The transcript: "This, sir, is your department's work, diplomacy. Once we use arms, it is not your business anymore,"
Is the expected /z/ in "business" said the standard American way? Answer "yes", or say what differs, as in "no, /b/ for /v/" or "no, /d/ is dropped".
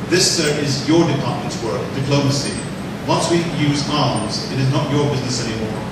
yes